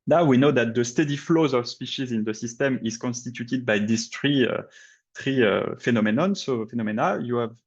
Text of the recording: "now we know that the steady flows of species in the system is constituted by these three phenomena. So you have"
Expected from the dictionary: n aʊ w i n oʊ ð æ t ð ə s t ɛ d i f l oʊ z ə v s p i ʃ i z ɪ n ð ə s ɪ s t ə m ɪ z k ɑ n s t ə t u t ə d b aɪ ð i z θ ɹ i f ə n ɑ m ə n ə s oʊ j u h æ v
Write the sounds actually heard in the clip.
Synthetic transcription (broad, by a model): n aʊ w i n oʊ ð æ t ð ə s t ɛ d i f l oʊ z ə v s p i ʃ i z ɪ n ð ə s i s t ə m ɪ z k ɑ n s t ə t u t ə d b aɪ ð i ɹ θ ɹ i f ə n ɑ m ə n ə s oʊ j u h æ v